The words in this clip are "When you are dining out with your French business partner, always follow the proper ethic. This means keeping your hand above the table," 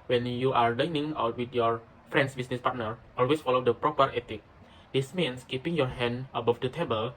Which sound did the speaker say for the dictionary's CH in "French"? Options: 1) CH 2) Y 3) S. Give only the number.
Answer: 3